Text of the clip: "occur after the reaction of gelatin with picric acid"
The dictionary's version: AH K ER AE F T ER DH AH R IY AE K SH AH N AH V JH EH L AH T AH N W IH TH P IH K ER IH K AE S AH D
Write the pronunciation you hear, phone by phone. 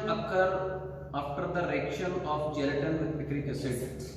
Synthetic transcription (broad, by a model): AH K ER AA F T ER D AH R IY K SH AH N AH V JH EH L AH T AH N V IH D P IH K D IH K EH S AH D